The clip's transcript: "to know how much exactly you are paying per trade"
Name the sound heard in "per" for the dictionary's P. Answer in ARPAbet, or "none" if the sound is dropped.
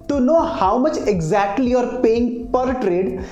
P